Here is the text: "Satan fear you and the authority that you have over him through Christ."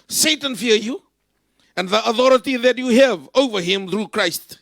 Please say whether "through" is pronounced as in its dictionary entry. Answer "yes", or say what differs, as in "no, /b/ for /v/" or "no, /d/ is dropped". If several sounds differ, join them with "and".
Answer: yes